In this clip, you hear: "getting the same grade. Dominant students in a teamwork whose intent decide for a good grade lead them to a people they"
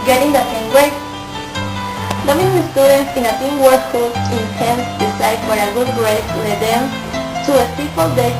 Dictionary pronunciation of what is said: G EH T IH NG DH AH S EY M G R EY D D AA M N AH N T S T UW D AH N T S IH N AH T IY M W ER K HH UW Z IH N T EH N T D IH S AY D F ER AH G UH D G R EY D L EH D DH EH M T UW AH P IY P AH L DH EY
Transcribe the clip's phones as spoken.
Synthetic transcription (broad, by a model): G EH T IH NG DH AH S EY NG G W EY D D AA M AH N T S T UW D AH N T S IH N AH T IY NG W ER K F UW IH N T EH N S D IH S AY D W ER AH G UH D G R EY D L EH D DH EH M T UW AH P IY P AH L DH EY